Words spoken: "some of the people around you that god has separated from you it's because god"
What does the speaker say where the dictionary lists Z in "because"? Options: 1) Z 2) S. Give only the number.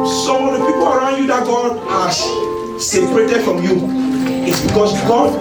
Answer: 2